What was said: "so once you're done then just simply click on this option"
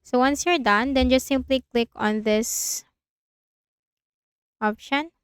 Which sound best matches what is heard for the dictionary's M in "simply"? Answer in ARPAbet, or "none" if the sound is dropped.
M